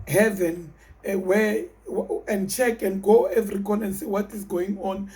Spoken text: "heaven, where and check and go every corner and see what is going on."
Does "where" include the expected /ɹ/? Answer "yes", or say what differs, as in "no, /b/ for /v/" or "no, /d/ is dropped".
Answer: no, /w/ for /ɹ/